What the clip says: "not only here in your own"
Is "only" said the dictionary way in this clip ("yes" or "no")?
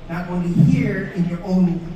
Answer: no